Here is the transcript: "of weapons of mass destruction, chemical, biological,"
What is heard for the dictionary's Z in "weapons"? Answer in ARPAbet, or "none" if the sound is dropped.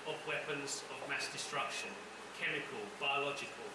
Z